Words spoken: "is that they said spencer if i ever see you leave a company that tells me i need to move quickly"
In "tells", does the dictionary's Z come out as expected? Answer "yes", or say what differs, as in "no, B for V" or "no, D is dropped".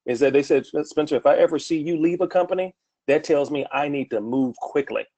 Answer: yes